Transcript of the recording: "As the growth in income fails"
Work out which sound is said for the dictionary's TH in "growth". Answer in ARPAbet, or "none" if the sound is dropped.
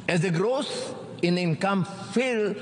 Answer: S